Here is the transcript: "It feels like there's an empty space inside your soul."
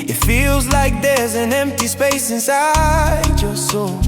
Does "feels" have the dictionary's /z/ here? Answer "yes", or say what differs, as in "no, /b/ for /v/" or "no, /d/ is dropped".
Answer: yes